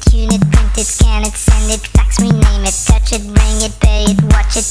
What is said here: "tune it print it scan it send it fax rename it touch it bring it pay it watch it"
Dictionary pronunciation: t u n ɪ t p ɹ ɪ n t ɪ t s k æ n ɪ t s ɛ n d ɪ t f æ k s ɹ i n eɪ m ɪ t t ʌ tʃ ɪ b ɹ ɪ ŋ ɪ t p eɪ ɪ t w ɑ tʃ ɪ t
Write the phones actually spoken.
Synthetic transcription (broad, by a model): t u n ɪ t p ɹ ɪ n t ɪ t s k æ n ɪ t s ɛ n d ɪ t f æ k s ɹ i n eɪ m ɪ t t ʌ tʃ ɪ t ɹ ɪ ŋ ɪ t b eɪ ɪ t w ɑ tʃ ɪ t